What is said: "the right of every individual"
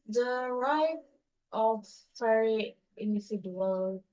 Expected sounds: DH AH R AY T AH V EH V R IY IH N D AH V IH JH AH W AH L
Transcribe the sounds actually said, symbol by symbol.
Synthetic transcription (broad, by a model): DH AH R AY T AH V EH R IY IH N D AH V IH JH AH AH L